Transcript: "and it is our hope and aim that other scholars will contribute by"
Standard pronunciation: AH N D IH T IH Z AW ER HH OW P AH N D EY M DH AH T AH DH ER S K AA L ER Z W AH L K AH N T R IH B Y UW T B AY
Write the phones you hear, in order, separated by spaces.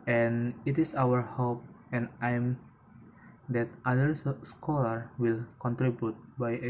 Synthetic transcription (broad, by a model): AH N IH T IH S AW ER HH OW P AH N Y M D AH T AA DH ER S K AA L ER W AH L K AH N T R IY B Y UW T B AY